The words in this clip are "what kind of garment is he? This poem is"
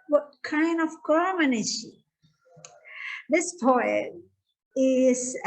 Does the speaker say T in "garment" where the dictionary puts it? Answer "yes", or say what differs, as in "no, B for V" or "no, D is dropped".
no, T is dropped